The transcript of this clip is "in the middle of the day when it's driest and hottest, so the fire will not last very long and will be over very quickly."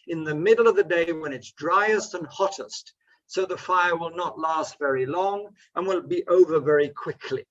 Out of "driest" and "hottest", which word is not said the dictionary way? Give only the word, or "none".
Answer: none